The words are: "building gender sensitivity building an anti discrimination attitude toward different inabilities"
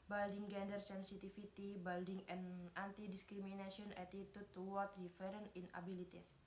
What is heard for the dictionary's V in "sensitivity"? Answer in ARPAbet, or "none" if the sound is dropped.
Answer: F